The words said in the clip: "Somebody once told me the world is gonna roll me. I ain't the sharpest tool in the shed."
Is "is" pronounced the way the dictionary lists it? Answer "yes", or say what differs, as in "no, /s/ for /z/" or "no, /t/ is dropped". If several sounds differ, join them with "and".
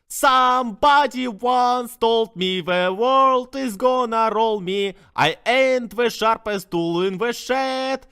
yes